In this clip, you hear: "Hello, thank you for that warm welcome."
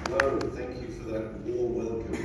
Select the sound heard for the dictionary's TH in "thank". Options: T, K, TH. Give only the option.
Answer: TH